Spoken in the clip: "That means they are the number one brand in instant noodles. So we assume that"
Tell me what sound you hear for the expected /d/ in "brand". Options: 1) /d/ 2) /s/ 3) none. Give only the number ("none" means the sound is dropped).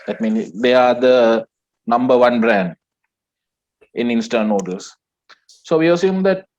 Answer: 1